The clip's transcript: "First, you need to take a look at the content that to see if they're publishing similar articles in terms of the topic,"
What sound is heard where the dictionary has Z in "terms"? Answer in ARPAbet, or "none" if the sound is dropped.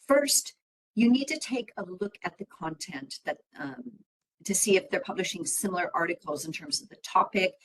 Z